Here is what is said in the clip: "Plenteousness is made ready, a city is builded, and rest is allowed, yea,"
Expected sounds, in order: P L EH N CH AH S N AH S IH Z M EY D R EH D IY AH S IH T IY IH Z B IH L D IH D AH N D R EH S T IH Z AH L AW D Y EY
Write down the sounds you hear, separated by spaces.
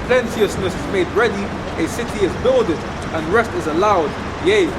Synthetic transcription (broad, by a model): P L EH N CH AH S N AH S IH Z M EY D R EH D IY AH S IH T IY IH Z B IH L D IH D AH N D R EH S T IH Z AH L AW D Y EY